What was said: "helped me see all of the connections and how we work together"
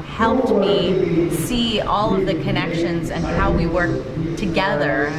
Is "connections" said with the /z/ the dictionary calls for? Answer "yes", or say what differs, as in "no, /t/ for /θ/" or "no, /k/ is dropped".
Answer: yes